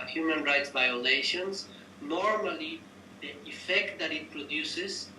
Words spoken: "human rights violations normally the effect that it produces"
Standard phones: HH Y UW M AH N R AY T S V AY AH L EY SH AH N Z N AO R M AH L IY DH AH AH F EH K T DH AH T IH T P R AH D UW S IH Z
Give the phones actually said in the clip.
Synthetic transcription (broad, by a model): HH Y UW M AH N R AY T S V AY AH L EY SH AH N S N AO R M AH L IY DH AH AH F EH K T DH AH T IH T P R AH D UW S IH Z